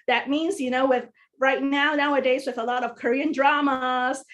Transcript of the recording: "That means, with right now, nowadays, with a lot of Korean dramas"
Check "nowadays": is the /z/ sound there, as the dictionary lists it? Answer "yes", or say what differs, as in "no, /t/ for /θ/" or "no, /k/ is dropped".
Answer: yes